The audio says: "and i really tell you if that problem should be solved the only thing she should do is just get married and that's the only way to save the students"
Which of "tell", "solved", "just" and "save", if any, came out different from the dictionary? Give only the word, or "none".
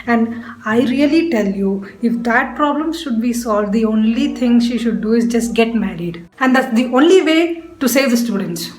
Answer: none